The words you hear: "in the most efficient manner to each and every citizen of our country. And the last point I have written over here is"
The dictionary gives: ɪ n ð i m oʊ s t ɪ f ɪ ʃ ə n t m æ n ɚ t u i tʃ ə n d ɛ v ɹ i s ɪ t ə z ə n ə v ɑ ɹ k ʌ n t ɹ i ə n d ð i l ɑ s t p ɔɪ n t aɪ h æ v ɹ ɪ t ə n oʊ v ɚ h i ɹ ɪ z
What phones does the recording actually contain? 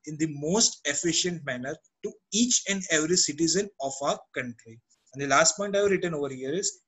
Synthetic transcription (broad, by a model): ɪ n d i m oʊ s t ɪ f ɪ ʃ ə n t m æ n ɚ t u i tʃ ə n d ɛ v ɹ i s ɪ t ə z ə n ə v ɑ ɹ k ʌ n t ɹ i ə n d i l ɑ s t p ɔɪ n t aɪ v ɹ ɪ t ə n oʊ v ɚ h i ɹ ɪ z